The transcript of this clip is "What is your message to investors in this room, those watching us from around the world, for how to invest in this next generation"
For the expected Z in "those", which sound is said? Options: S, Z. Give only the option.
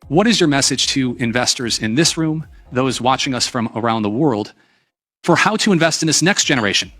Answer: Z